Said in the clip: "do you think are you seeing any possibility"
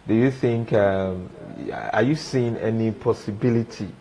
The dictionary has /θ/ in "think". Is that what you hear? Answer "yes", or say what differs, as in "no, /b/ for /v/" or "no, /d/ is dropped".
yes